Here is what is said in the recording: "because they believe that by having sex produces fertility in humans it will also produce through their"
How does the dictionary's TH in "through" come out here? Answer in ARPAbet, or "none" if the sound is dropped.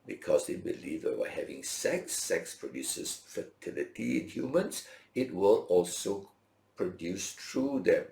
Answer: T